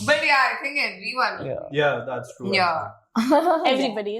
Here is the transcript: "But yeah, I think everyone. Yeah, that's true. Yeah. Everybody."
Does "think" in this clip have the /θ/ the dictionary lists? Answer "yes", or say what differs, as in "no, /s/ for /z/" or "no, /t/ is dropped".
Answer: no, /t/ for /θ/